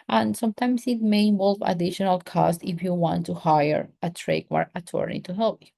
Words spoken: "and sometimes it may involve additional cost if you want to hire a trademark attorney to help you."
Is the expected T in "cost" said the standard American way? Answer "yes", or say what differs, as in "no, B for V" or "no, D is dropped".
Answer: yes